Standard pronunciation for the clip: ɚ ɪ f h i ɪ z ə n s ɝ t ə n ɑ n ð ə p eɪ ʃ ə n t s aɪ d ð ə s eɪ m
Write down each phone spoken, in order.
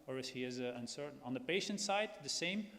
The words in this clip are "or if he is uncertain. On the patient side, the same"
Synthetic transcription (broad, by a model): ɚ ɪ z h i ɪ z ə n s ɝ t n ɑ n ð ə p eɪ ʃ ə n t s aɪ d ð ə s eɪ m